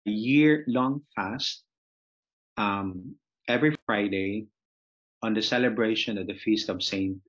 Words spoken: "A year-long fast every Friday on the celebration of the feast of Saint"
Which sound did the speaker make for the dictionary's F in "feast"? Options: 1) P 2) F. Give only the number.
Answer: 2